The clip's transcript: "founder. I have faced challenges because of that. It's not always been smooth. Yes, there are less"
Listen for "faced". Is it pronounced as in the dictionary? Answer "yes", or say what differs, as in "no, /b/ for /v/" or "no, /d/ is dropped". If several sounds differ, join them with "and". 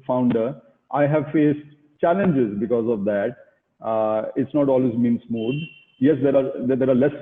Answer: yes